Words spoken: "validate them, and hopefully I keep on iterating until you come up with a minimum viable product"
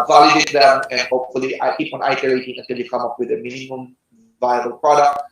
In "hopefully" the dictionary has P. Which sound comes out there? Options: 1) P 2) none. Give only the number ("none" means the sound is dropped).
1